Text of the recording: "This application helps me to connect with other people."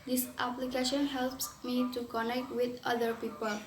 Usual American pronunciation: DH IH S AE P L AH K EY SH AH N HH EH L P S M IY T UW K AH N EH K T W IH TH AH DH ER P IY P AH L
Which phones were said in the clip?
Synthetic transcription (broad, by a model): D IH S AE P L AH K EY SH AH N HH EH L P S M IY T UW K AH N EH K T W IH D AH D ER P IY P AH L